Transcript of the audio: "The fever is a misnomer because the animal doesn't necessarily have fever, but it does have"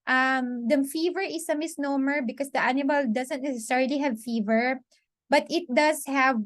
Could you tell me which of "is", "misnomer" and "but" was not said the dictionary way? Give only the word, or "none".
is